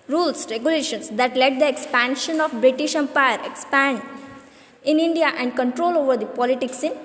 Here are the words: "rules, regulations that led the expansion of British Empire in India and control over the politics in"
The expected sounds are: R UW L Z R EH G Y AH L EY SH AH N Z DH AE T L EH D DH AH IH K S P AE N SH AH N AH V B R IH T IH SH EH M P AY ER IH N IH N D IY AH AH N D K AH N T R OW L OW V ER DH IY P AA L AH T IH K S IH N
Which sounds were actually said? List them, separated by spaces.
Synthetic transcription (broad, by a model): R UW L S R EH G Y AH L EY SH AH N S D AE T L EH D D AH IH K S P AE N SH AH N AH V B R IH T IH SH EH M P AY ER IH N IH N D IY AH AH N D K AH N T R OW L OW V ER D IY P AA L AH T IH K S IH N